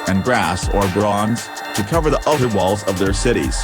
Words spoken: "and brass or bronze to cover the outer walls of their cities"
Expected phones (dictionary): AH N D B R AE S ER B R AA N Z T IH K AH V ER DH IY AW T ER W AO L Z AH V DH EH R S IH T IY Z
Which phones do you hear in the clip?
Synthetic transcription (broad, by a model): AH N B R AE S ER B R AA N Z T IH K AH V ER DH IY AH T ER W AO L Z AH V DH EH R S IH T IY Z